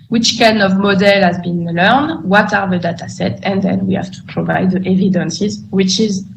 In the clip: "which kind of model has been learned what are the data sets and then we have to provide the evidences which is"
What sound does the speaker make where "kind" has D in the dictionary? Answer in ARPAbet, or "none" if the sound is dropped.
none